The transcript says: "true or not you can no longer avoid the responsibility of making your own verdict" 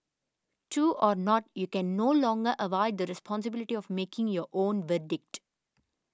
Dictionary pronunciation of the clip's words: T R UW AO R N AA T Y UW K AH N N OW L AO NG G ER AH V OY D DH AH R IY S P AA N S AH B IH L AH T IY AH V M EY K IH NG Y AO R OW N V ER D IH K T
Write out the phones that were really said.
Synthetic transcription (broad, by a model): T UW AO R N AA T Y UW K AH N N OW L AO NG G ER AH V OY D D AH R IY S P AA N S AH B IH L AH T IY AH V M EY K IH NG Y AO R OW N V ER D IH K T